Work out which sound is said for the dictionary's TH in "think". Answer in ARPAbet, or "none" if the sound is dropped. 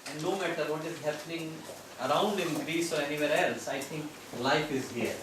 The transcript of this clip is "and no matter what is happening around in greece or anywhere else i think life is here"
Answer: T